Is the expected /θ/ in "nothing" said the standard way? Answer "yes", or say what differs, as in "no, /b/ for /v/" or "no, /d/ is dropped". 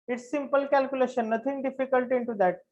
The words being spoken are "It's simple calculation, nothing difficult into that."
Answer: no, /t/ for /θ/